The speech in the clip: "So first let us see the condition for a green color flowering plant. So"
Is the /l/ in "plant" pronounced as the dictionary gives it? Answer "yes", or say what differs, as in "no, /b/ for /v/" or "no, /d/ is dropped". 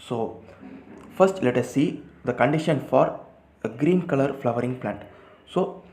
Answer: yes